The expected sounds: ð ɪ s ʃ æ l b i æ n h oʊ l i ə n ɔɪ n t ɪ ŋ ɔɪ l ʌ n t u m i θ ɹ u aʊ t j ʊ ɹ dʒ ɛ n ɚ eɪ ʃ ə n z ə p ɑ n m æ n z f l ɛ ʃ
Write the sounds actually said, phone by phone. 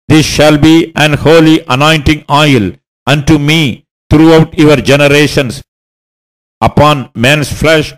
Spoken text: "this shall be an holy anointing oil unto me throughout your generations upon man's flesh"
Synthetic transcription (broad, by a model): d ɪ s ʃ æ l b i æ n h oʊ l i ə n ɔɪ n t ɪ ŋ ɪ l ʌ n t u m i t ɹ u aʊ t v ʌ ɹ dʒ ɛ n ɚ eɪ ʃ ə n s ə p ɑ n m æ n s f l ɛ ʃ